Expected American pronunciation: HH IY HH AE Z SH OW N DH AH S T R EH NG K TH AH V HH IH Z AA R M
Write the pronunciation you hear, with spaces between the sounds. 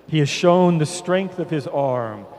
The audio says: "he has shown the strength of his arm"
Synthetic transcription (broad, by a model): HH IY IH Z SH OW N DH AH S T R EH NG K TH AH V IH Z AA R M